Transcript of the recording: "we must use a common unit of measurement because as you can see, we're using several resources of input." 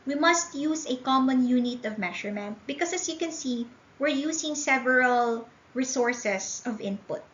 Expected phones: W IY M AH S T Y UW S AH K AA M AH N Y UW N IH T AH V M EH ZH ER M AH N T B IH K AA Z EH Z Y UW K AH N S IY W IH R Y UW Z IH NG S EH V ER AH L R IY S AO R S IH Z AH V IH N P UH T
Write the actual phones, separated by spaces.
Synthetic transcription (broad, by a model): W IY M AH S T Y UW S AH K AA M AH N Y UW N IH T AH V M EH SH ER M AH N T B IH K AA S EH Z Y UW K AH N S IY W IH R Y UW S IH NG S EH V ER AH L R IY S AO R S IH S AH V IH N P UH T